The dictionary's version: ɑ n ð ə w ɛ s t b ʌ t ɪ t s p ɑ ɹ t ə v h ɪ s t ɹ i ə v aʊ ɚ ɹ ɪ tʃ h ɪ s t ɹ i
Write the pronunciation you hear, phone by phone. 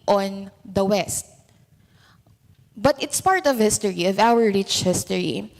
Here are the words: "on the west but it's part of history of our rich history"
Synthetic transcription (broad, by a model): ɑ n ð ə w ɛ s t b ʌ t ɪ t s p ɑ ɹ t ə v h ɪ s t ɹ i ə v aʊ ɚ ɹ ɪ tʃ h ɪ s t ɹ i